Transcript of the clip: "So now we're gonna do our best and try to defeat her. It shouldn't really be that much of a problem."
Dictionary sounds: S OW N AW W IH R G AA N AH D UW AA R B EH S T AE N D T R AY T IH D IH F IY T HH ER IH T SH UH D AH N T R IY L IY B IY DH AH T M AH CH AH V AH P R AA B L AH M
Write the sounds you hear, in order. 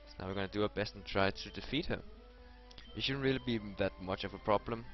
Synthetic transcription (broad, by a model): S N AW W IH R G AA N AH D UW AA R B EH S T N T R AY T IH D IH F IY T HH ER IH T SH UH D N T R IY L IY B IY DH AH T M AH CH AH V AH P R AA B L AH M